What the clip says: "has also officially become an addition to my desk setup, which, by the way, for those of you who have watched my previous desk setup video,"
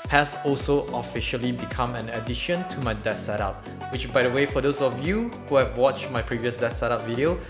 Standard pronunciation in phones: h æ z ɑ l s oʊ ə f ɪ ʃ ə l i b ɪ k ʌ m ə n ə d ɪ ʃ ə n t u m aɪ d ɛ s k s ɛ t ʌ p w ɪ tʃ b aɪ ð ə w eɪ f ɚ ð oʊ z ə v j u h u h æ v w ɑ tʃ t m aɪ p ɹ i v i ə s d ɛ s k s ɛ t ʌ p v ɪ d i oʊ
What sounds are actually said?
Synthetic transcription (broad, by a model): h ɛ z ɑ l s oʊ ə f ɪ ʃ ə l i b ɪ k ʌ m ə n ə d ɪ ʃ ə n t u m aɪ d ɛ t s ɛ t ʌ p w ɪ tʃ b aɪ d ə w eɪ f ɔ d oʊ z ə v j u h u h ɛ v w ɑ tʃ t m aɪ p ɹ i v i ə s d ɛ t s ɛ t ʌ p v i d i oʊ